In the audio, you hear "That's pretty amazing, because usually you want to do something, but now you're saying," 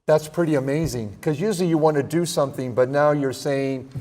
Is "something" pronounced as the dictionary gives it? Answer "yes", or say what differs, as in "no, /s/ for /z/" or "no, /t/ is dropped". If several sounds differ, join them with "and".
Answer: yes